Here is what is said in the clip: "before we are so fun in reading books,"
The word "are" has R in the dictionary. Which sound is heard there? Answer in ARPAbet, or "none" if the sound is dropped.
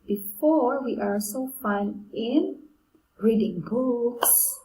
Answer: L